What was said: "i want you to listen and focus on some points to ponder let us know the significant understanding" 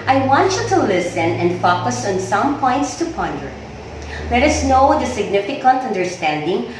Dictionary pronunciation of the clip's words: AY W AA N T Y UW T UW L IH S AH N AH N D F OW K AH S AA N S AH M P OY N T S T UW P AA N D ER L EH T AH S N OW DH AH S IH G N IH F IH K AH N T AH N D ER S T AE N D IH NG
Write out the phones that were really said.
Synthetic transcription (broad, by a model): AY W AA N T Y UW T UW L IH S AH N AH N D F OW K AH S AA N S AH M P OY N T S T UW P AA N D ER L EH T AH S N OW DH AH S IH G N IH F IH K AH N T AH N D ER S T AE N D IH NG